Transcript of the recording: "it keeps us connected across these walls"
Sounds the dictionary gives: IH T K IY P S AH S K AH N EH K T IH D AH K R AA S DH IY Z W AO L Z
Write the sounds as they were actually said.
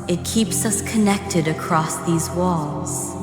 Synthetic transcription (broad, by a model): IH T K IY P S AH S K AH N EH K T IH D AH K R AA S DH IY Z W AO L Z